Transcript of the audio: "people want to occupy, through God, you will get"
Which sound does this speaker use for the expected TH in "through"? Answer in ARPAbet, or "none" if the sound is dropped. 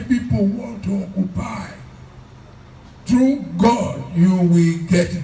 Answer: T